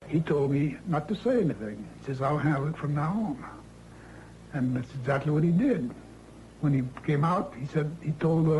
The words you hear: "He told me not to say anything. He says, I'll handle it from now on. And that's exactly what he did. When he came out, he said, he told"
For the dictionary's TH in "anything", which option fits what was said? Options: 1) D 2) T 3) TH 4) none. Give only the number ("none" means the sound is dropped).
3